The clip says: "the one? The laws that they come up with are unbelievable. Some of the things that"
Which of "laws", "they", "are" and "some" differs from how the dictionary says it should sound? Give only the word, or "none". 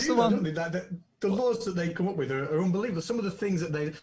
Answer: none